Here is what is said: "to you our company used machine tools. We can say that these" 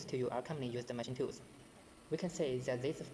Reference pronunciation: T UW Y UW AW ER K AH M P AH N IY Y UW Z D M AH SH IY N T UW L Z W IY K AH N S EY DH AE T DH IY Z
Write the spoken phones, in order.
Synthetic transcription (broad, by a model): T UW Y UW AW ER K AH M P AH N IY Y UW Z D M AH SH IY N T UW Z W IY K AH N S EY DH AE T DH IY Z